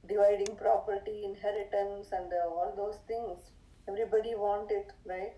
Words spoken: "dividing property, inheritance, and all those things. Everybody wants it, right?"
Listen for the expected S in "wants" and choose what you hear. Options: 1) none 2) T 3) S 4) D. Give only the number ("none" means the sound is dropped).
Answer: 1